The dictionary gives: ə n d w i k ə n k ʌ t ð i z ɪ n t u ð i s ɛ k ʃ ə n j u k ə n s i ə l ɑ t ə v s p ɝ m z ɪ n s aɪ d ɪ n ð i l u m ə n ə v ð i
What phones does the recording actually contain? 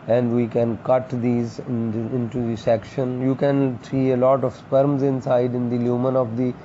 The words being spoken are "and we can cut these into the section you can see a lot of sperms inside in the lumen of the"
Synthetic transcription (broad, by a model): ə n d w i k ə n k ʌ t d i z ɪ n t u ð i s ɛ k ʃ ə n j u k ə n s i ə l ɑ t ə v s p ɝ m z ɪ n s aɪ d ɪ n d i l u m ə n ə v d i